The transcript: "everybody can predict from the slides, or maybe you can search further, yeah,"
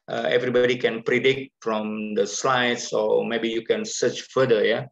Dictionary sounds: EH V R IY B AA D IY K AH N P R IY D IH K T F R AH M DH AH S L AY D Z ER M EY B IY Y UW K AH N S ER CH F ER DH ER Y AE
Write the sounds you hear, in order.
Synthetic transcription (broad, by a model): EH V R IY B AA D IY K AH N P R IY D IH K T F R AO M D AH S L AY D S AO M EY B IY Y UW K AH N S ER CH F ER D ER Y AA